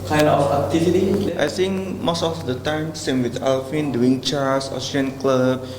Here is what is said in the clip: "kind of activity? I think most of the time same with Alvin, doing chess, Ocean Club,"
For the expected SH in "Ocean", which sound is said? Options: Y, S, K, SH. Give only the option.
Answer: S